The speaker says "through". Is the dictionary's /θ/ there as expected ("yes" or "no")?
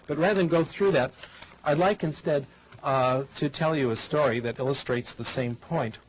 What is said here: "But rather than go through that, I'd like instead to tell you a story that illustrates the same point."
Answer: yes